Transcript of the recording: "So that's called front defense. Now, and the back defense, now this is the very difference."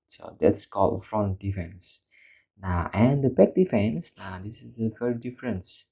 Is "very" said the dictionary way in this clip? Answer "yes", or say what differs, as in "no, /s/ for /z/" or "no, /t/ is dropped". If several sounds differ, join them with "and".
no, /f/ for /v/